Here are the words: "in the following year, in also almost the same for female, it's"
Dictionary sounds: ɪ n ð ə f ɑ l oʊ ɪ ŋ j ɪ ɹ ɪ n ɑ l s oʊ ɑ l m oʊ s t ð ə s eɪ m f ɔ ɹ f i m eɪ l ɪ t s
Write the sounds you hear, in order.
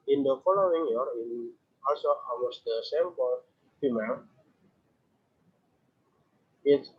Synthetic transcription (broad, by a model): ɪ n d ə f ɑ l oʊ ɪ ŋ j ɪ ɹ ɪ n ɑ l s oʊ ɑ l m oʊ s t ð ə s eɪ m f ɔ l f i m eɪ l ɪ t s